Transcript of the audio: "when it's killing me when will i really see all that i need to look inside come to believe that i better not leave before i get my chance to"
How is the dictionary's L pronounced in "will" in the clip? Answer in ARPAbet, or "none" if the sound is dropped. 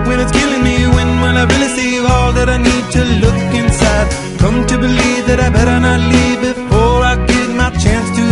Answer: N